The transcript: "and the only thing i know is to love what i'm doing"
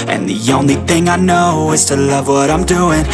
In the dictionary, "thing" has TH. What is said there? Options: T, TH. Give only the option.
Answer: TH